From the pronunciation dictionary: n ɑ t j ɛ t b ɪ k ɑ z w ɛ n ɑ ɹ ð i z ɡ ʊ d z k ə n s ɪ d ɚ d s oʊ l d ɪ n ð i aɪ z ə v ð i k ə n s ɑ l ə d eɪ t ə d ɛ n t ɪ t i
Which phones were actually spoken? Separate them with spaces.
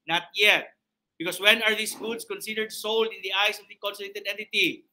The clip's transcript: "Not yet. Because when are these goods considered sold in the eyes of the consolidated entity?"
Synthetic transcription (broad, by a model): n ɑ t j ɛ t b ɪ k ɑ s w ɛ n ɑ ɹ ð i s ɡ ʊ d s k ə n s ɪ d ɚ d s oʊ l d ɪ n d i aɪ s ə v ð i k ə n s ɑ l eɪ t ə d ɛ n t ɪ t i